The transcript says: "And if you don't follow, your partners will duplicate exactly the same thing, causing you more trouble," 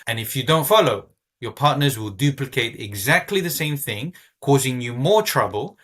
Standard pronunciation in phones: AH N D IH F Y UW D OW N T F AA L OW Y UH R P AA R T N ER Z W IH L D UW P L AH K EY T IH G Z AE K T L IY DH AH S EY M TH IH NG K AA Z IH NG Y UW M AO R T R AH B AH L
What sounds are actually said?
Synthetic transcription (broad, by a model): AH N IH F Y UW D OW N T F AA L OW Y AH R P AA R T N ER Z W IH L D UW P L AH K EY T IH G Z AE K T L IY DH AH S EY M TH IH NG K AA Z IH NG Y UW M AO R T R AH B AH L